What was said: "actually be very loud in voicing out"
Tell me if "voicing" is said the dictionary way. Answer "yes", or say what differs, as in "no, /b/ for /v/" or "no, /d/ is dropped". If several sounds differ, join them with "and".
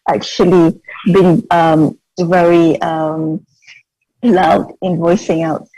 yes